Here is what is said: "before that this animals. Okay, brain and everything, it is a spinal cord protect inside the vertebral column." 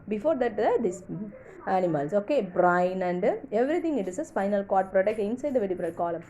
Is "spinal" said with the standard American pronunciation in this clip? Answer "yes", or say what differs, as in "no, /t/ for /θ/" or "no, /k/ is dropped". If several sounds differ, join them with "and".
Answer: no, /f/ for /p/